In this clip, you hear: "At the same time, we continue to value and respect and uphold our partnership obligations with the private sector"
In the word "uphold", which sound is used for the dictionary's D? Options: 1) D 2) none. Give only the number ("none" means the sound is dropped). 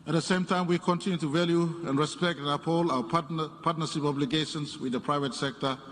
2